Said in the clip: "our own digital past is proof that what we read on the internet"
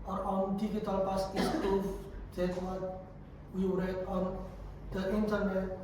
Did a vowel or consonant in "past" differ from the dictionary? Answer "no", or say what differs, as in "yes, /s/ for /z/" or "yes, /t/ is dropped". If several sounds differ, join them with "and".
yes, /t/ is dropped